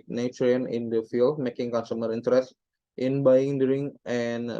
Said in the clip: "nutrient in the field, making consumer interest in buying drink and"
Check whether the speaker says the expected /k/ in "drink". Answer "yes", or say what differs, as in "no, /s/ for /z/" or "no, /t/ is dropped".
no, /k/ is dropped